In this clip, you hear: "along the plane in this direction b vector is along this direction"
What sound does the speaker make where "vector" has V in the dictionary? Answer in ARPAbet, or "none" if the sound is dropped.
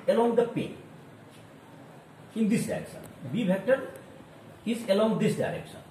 B